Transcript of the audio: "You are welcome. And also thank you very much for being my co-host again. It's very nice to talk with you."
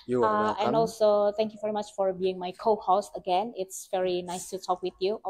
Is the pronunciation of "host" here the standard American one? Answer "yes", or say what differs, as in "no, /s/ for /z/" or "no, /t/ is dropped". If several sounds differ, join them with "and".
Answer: no, /t/ is dropped